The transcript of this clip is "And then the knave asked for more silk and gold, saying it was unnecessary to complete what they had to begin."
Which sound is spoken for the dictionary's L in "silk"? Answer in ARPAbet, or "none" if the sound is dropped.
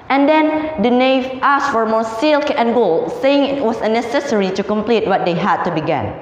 L